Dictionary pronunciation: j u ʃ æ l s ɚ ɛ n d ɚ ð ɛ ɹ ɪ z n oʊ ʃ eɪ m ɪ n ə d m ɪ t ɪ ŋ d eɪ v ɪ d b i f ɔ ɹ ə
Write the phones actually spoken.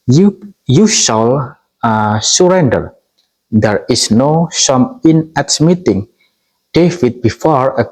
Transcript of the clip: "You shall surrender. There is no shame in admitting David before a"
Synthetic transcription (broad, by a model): j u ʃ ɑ l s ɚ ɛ n d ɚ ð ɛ ɹ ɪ s n oʊ s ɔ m ɪ n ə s m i t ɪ ŋ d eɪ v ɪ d b i f ɔ ɹ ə